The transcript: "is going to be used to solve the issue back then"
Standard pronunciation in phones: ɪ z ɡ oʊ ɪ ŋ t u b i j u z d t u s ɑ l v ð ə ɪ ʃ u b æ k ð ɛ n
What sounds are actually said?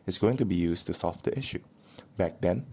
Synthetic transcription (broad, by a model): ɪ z ɡ oʊ ɪ ŋ t u b i j u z t u s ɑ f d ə ɪ ʃ u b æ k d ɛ n